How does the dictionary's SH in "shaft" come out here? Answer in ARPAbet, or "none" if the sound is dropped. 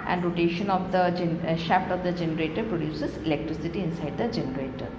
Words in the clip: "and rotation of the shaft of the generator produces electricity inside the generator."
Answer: SH